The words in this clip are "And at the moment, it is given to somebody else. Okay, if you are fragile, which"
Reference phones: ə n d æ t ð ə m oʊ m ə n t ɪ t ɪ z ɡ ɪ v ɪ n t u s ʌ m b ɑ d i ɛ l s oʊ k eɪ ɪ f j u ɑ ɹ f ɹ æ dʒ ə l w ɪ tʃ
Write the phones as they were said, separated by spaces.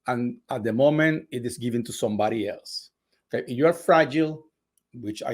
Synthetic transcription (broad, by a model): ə n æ t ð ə m oʊ m ə n t ɪ t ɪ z ɡ ɪ v ɪ n t u s ʌ m b ɑ d i ɛ l s oʊ k eɪ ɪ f j u ɑ ɹ f ɹ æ dʒ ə l w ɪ tʃ